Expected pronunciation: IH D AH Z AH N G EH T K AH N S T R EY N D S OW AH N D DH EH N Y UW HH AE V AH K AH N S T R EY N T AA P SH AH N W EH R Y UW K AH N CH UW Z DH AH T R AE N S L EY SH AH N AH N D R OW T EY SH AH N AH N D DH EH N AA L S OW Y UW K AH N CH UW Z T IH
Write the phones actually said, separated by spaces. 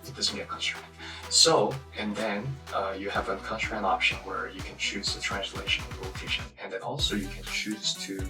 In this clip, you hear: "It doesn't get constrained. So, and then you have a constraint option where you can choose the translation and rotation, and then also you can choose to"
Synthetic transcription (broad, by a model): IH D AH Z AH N G EH T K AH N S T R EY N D S OW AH N DH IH N Y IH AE V AH K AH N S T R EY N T AA P SH AH N W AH R Y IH K AH N CH UW Z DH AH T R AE N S L EY AH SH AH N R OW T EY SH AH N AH N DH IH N AA L S OW Y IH K AH N CH UW Z T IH